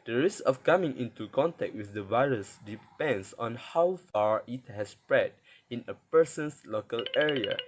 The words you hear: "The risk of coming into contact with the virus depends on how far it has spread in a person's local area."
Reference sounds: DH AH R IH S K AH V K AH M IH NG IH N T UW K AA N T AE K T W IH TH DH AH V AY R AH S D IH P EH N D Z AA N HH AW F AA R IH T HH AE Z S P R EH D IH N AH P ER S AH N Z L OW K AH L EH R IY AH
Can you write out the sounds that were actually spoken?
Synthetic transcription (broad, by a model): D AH R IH S K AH F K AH M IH NG IH N T UW K AA N T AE K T W IH TH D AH V AY R AH S D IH P EH N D S AA N HH AW F AA R IH T HH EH S P R EH D IH N AH P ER S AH N S L OW K AH L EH R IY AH